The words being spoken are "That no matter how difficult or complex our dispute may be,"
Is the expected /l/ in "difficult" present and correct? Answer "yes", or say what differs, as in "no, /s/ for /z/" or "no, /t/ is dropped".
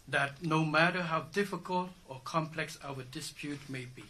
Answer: yes